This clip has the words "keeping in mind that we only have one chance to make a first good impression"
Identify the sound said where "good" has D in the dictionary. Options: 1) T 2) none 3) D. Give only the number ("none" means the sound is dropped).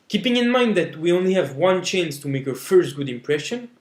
3